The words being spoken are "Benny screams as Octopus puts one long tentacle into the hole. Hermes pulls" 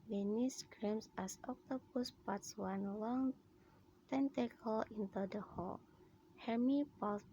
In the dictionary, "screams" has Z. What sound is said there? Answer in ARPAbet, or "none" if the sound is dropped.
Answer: S